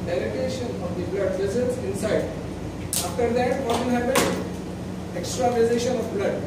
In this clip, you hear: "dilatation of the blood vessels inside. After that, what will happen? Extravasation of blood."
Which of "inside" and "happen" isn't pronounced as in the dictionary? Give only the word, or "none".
happen